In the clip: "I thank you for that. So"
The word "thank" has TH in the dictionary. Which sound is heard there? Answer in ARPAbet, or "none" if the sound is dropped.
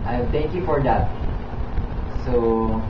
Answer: T